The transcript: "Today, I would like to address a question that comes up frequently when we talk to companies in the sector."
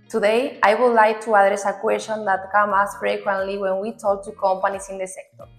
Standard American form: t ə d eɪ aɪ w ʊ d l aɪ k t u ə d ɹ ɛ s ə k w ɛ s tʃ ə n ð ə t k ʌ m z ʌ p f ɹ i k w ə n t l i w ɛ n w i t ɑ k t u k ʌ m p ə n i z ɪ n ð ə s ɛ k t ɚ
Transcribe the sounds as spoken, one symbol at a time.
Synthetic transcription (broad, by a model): t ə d eɪ aɪ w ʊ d l aɪ k t u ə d ɹ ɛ s ə k w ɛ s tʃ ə n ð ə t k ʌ m ɑ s f ɹ i k w ə n t l i w ɛ n w i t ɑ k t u k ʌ m p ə n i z ɪ n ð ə s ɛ k t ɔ